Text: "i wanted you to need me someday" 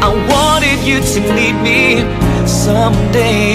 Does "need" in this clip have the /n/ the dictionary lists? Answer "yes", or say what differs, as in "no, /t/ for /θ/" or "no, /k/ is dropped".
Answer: no, /l/ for /n/